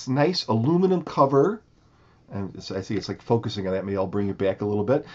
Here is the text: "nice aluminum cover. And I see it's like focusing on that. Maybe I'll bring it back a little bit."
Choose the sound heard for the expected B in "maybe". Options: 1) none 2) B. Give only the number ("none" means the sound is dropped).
1